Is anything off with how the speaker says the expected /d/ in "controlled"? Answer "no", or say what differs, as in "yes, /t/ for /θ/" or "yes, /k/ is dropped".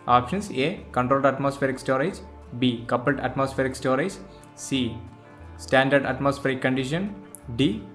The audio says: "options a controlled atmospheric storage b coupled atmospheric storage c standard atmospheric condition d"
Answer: no